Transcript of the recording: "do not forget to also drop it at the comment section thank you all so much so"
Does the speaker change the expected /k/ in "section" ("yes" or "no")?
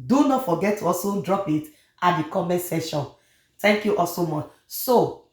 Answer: yes